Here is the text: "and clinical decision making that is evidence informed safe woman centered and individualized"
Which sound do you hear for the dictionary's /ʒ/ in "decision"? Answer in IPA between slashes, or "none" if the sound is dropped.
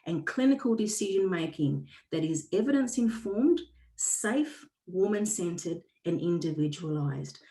/ʒ/